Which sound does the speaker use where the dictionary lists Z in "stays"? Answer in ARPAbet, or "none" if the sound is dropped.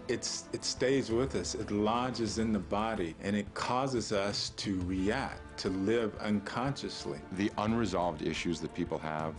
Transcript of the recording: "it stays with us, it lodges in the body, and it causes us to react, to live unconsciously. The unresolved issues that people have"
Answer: Z